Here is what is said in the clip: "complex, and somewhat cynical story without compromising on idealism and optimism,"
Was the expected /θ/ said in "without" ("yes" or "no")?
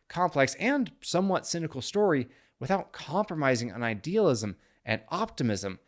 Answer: yes